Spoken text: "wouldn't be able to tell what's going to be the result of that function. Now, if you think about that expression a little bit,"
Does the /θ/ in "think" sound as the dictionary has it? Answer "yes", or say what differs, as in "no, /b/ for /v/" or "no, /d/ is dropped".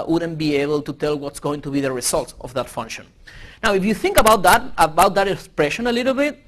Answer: yes